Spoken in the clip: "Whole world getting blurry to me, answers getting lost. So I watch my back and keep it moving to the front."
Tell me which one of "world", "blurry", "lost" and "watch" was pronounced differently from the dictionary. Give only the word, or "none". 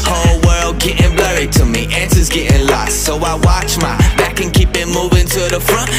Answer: none